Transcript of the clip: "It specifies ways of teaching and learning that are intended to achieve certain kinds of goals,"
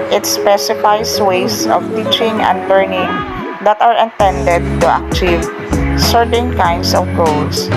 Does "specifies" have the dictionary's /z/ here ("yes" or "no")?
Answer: no